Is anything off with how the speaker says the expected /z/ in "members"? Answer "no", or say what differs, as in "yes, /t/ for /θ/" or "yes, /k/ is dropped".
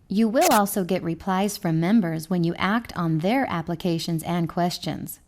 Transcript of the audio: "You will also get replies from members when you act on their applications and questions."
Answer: no